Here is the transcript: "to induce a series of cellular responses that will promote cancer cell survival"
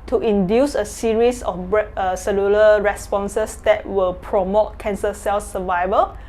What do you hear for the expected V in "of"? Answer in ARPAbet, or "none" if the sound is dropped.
B